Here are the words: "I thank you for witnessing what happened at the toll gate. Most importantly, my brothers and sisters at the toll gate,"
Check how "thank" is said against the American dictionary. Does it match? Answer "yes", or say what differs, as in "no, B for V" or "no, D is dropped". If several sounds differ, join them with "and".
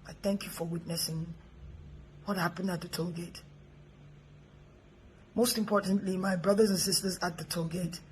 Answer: yes